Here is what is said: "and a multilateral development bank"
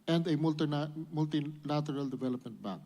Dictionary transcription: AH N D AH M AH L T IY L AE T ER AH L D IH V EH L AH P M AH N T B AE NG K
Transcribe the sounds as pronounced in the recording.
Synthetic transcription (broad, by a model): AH N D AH M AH L T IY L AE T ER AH L D IH V EH L AH P M AH N T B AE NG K